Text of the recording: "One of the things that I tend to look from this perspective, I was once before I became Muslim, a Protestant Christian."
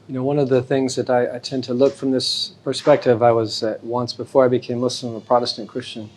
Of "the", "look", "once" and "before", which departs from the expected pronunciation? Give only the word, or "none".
none